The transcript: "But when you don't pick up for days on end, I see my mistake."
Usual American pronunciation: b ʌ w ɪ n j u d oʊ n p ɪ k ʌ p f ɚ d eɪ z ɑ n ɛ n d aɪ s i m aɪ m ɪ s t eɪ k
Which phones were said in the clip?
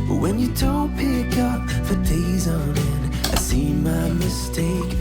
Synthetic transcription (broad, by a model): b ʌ w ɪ n j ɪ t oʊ p ɪ k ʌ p f ɚ d eɪ z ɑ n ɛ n aɪ s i m aɪ m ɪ s t eɪ k